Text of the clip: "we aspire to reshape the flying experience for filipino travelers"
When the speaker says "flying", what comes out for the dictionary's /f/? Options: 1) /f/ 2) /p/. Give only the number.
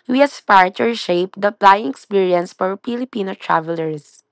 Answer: 2